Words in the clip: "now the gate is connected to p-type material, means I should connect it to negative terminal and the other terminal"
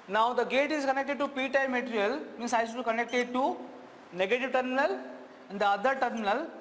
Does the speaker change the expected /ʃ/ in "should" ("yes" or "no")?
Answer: yes